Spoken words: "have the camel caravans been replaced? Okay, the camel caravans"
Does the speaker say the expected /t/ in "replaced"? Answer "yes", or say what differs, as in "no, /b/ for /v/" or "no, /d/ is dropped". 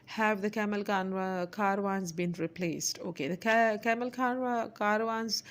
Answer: yes